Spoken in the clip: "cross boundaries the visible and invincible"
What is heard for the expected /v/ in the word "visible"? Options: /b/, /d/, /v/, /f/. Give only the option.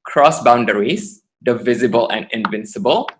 /v/